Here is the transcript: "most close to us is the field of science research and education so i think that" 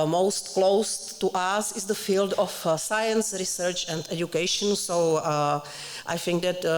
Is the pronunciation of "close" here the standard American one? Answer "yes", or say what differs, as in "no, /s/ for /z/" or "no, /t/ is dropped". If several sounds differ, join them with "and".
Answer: yes